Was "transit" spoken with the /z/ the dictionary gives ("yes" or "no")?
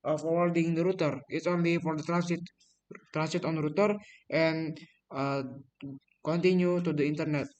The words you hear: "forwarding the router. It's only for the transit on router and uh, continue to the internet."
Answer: no